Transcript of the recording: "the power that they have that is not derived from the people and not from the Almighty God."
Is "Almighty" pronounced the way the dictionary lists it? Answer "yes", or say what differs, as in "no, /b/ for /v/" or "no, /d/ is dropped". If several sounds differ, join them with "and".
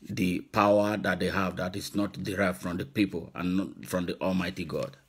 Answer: yes